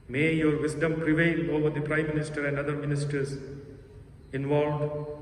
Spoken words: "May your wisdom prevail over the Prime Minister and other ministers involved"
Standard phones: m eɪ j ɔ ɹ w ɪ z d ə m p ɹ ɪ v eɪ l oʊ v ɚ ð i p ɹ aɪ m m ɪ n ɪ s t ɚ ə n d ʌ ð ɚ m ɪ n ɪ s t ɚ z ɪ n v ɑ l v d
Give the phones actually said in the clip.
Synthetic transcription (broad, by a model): m eɪ j ɔ ɹ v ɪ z d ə m p ɹ ɪ v eɪ l oʊ v ɚ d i p ɹ aɪ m m ɪ n ɪ s t ɚ ə n d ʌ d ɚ m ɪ n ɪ s t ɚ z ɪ n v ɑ l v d